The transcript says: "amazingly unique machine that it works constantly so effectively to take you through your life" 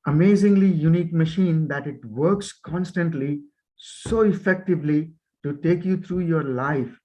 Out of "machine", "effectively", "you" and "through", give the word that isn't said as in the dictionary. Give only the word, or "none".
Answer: through